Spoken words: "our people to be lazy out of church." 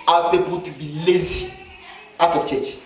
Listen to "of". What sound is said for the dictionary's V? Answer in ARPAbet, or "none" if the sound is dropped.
P